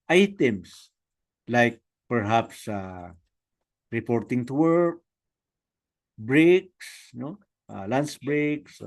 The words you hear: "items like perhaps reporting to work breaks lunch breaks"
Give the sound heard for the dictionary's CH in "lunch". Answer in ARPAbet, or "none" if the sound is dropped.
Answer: S